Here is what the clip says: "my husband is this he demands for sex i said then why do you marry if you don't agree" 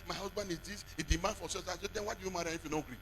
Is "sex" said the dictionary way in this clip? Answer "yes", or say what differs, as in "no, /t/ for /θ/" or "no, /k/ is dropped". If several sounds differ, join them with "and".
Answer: no, /k/ is dropped